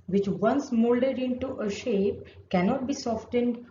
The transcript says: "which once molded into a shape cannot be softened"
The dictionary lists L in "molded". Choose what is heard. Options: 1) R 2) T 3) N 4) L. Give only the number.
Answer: 4